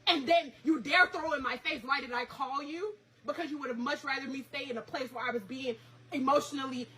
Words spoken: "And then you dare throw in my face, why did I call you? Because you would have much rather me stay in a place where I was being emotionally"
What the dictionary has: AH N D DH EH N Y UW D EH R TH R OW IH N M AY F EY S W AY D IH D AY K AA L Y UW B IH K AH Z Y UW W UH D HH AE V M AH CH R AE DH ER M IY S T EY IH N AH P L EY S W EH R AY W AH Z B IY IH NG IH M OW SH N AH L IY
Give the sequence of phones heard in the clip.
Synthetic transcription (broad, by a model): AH N DH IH N Y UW D EH R TH R OW IH N M AY F EY S W AY D IH D AY K AA L Y UW B IH K AH Z Y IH W UH D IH V M AH CH R AE DH ER M IY S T EY IH N AH P L EY S W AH R AY W AH Z B IY IH NG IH M OW SH N L IY